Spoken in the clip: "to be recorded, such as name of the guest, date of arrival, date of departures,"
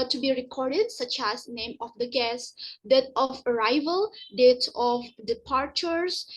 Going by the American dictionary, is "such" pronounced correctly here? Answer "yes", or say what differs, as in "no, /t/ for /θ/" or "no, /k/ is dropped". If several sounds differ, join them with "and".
yes